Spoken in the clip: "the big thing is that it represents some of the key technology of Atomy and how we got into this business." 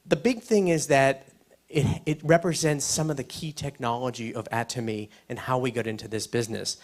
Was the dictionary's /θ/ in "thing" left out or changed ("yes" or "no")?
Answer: no